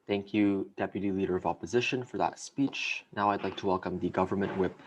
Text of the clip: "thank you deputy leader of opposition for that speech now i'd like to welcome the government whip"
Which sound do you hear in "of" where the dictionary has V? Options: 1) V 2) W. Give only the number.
1